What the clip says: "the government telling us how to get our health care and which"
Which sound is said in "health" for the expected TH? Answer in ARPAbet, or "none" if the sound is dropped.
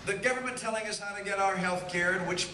TH